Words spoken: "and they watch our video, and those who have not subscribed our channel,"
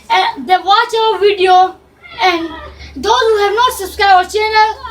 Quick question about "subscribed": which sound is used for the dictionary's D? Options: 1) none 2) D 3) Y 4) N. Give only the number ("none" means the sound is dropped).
1